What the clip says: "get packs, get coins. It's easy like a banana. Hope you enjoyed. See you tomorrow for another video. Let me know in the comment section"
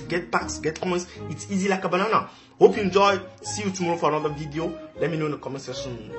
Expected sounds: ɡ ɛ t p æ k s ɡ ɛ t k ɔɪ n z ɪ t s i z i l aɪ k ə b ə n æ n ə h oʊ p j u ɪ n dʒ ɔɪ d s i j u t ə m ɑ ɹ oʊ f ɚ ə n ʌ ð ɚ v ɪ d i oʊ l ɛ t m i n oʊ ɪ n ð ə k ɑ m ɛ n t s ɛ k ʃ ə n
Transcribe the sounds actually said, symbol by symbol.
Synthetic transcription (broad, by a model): ɡ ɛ t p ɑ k s ɡ ɛ t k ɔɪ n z ɪ t s i z i l aɪ k ə b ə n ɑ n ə h oʊ p j u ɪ n dʒ ɔɪ s i j u t ə m ɑ ɹ oʊ f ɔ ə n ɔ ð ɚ v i d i oʊ l ɛ t m i n oʊ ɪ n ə k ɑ m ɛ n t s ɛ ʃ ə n